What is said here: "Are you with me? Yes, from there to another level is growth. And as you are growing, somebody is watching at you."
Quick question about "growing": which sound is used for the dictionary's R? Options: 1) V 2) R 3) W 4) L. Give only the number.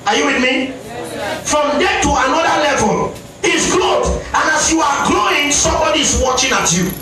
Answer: 4